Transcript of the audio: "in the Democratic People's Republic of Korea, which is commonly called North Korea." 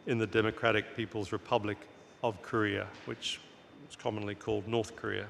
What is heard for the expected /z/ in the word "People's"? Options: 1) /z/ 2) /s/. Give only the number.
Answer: 1